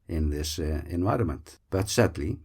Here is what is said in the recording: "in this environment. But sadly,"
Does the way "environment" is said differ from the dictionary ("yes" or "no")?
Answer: no